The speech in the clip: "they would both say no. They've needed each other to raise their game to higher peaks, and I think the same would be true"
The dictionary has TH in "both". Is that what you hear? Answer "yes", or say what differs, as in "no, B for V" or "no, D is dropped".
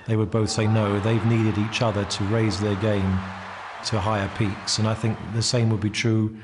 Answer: yes